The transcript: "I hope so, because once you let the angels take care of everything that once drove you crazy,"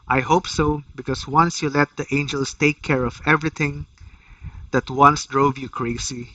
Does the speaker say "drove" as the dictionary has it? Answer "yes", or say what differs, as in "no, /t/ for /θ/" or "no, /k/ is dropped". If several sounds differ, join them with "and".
yes